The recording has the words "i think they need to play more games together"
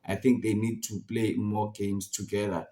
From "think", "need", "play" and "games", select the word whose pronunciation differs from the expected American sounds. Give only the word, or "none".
games